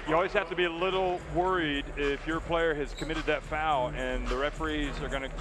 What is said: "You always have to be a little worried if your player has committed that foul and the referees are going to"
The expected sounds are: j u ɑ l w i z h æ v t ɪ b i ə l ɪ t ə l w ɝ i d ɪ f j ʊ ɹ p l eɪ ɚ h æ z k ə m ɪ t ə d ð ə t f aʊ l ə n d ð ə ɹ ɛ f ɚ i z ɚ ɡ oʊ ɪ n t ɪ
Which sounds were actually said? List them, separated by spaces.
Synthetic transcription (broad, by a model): j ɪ ɑ l w i z h æ f t ɪ b i ə l ɪ t l w ɝ i d ɪ f j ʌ ɹ p l eɪ ɚ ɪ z k ə m ɪ t ə d ð ə t f aʊ l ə n ð ə ɹ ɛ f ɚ i z ɚ ɡ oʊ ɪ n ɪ